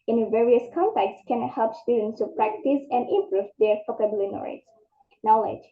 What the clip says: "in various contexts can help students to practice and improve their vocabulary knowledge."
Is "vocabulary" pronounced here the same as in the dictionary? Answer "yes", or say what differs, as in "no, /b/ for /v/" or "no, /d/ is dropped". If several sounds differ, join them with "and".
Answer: no, /f/ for /v/ and /n/ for /l/